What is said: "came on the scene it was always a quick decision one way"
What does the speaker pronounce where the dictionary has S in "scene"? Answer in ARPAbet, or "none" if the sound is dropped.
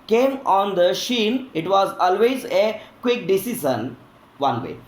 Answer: SH